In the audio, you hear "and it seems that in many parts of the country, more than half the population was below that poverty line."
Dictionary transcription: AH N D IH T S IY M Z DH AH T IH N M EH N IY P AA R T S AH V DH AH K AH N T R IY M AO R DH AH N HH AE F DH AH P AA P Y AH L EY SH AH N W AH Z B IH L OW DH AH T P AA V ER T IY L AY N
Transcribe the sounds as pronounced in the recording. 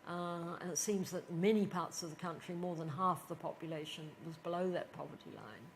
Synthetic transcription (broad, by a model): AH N IH T S IY M Z DH AH T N M EH N IY P AA R T S AH V DH AH K AH N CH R IY M AO R DH AH N HH AE F DH AH P AA P Y AH L EY SH AH N W AH Z B IH L OW DH AH T P AA V ER T IY L AY N